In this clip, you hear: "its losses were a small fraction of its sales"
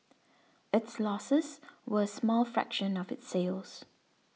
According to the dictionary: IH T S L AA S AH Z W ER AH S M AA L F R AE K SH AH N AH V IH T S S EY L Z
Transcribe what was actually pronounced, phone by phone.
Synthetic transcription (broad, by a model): IH T S L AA S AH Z W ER AH S M AA L F R AE K SH AH N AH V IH T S S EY L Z